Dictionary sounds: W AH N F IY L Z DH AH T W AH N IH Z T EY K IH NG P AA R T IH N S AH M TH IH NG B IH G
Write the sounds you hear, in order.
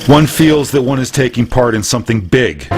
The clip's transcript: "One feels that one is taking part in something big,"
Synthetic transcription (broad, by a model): W AH N F IY L Z DH AH T W AH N IH Z T EY K IH NG P AA R T IH N S AH M TH IH NG B IH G